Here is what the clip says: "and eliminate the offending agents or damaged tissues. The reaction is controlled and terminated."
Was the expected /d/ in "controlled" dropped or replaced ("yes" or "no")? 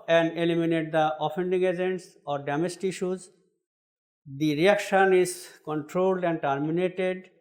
no